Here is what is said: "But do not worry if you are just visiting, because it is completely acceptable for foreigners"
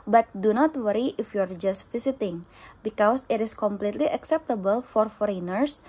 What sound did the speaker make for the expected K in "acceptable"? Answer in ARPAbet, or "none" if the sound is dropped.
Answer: K